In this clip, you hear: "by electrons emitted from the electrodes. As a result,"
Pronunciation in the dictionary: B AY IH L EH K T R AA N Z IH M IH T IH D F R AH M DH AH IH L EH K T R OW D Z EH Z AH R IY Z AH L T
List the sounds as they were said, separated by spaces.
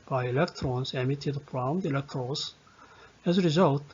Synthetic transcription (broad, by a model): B AY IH L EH K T R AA N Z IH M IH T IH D P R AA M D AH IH L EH K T R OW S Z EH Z AH R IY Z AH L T